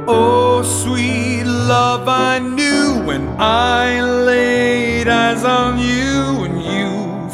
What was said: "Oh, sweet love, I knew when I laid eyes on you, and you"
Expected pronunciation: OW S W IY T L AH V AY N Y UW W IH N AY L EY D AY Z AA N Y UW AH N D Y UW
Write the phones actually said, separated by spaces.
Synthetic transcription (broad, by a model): OW S W IY T L AH V AY N Y UW W IH N AY L EY D AY Z N Y UW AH N Y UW